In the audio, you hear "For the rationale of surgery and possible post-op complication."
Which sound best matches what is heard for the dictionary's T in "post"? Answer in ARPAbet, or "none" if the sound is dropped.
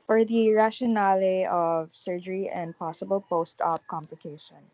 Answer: T